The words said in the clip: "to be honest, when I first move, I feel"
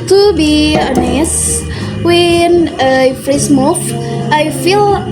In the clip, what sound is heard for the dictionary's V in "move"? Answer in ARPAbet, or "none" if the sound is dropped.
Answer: F